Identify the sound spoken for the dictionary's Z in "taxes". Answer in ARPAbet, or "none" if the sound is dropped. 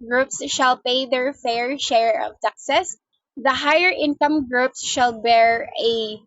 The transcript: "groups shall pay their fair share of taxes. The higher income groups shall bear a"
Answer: S